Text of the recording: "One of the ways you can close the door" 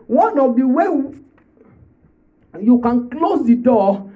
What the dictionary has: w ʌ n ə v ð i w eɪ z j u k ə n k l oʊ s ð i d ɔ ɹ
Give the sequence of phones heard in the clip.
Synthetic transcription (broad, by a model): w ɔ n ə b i w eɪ j u k ə n k l oʊ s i d ɔ